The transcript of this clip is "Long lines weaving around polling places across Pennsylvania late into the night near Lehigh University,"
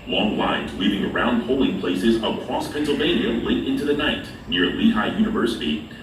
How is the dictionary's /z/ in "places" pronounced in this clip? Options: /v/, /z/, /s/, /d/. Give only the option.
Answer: /z/